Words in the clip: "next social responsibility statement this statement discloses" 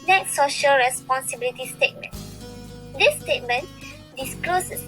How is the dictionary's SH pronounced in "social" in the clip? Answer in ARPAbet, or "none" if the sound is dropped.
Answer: SH